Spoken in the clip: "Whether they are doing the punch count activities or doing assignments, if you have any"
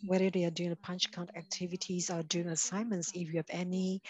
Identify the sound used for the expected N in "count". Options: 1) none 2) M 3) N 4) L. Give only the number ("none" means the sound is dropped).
3